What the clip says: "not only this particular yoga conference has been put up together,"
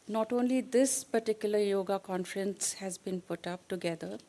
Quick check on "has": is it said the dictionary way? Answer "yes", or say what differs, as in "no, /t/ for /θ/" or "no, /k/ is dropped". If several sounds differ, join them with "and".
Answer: yes